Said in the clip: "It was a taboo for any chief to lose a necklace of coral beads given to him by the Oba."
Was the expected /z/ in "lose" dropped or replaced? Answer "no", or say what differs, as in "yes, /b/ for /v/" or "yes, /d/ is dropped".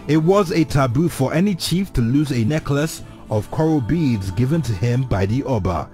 no